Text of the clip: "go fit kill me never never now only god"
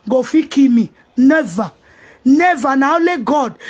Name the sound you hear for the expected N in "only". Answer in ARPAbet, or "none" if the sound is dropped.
none